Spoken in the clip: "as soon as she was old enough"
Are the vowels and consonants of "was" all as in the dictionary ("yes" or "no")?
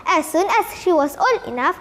no